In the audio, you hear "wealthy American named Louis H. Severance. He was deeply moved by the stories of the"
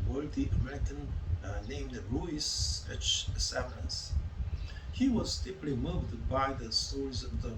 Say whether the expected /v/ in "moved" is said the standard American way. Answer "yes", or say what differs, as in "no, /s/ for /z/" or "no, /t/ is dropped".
yes